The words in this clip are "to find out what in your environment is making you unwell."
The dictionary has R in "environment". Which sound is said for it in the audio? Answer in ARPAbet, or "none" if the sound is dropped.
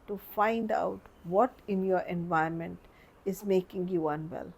none